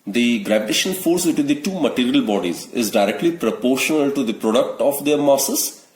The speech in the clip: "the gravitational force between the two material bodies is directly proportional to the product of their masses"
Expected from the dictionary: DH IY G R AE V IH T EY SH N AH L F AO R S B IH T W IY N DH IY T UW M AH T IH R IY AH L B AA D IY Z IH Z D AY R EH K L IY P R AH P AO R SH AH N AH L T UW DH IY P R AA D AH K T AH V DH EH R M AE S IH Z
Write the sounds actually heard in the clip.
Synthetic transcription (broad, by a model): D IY G R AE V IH T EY SH AH N F AO R S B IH T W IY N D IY T UW M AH T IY R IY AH L B AA D IY Z IH Z D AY R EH K L IY P R AH P AO R SH AH N AH L T UW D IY P R AA D AH K T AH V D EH R M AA S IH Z